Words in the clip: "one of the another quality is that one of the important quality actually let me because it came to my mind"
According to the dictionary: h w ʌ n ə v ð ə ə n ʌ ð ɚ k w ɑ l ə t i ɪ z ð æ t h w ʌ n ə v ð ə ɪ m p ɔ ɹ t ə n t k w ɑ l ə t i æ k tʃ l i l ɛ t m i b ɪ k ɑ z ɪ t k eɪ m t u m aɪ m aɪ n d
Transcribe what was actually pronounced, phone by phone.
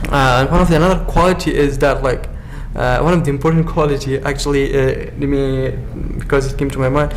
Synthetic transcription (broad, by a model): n w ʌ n ə v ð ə ə n ʌ ð ɚ k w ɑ l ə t i ɪ z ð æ t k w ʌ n ə v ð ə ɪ m p ɔ ɹ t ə n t k w ɑ l ə t i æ k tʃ i l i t m i b ɪ k ɑ z ɪ t k eɪ m t u m aɪ m aɪ n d